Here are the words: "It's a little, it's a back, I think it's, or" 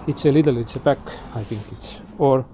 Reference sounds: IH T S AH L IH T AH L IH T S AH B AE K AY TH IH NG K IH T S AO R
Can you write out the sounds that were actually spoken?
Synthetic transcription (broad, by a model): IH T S AH L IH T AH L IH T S AH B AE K AY F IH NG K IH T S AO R